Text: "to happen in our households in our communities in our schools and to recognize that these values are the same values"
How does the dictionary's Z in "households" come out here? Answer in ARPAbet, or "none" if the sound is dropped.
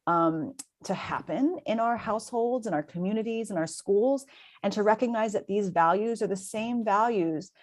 Z